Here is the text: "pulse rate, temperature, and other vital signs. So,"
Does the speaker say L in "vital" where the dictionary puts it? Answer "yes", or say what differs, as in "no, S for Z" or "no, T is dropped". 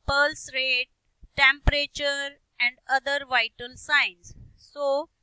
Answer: no, N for L